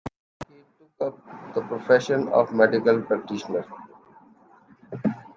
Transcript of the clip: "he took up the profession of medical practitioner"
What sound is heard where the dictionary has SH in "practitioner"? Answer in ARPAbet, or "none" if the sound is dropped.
SH